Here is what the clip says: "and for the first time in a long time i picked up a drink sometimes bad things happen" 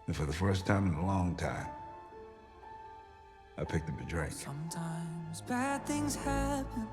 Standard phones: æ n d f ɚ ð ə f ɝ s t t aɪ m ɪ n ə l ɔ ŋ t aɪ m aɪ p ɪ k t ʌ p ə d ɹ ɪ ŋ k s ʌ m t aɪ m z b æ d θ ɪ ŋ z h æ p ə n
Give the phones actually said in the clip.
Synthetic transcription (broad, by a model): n f ɚ ð ə f ɝ s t t aɪ m ɪ n ə l ɔ ŋ t aɪ m aɪ p ɪ k t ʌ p ə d ɹ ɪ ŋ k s ʌ m t aɪ m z b æ d θ ɪ ŋ z h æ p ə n